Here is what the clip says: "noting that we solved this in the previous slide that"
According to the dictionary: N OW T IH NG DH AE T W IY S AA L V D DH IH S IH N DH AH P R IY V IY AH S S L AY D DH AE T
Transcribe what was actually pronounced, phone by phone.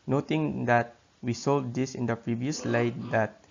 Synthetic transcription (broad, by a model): N OW T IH NG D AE T W IY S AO L D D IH S IH N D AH P R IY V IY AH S S L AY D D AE T